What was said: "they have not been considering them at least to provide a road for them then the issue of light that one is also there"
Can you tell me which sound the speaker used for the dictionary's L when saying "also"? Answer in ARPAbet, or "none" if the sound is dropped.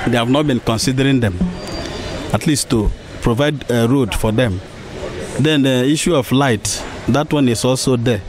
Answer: L